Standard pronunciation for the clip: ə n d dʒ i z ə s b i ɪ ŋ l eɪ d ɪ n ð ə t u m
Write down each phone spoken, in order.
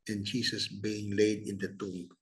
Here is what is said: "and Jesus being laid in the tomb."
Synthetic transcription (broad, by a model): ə n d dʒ i s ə s b i ɪ ŋ l eɪ d ɪ n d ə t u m